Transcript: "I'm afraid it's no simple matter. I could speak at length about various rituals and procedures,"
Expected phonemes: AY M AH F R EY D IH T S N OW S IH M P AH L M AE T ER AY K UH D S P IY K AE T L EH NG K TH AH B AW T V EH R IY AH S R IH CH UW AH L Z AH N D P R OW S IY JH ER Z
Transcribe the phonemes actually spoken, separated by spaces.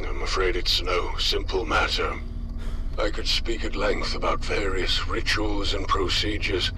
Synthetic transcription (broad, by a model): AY M AH F R EY D IH T S N OW S IH M P L M AE T ER AY K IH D S P IY K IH T L EH NG K TH AH B AW T V EH R IY AH S R IH CH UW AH L Z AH N P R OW S IY JH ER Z